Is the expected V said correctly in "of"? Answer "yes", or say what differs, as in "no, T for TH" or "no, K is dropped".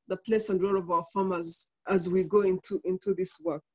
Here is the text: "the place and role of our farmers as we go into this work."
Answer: yes